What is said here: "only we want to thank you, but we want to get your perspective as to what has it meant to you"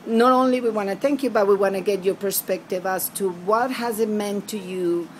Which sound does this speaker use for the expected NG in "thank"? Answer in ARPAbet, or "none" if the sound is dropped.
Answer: NG